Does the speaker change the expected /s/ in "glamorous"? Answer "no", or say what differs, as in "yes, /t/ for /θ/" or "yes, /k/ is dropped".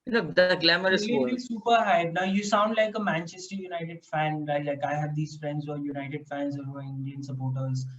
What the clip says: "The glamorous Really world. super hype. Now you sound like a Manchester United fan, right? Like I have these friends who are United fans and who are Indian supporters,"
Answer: yes, /s/ is dropped